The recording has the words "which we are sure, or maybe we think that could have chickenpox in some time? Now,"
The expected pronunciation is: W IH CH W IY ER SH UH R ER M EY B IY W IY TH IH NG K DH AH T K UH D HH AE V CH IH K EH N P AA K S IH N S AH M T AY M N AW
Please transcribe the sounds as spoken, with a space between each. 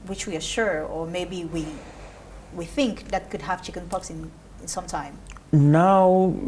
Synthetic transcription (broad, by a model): W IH CH W IY ER SH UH R ER M EY B IY W IY TH IH NG K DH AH T K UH D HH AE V CH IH K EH N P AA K S IH N S AH M T AY M N AW